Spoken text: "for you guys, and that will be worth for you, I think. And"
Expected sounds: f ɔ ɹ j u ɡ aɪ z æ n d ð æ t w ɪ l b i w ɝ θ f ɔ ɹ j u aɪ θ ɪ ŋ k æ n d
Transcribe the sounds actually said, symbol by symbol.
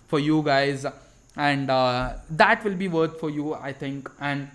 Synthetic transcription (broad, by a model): f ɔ ɹ j u ɡ aɪ z æ n d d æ t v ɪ l b i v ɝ t f ɔ ɹ j u aɪ t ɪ ŋ k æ n d